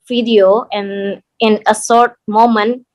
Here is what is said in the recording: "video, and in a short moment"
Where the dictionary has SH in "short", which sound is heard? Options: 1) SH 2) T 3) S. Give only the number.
3